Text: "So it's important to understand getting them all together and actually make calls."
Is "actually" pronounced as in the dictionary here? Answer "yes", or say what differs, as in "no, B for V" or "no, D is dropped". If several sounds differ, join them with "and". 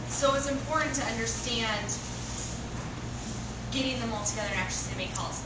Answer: no, L is dropped